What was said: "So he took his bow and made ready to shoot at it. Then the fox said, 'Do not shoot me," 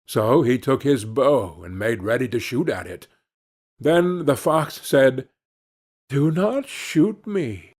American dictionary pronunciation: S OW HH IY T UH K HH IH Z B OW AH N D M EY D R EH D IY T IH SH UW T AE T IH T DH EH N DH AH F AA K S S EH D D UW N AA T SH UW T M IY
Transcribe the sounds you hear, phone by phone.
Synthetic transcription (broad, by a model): S OW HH IY T UH K HH IH Z B OW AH N M EY D R EH D IY T IH SH UW T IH T IH T DH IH N DH AH F AA K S S EH D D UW N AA T SH UW T M IY